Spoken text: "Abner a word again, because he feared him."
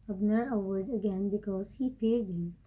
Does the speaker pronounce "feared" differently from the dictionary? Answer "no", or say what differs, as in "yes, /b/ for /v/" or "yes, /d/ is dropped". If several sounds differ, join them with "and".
yes, /p/ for /f/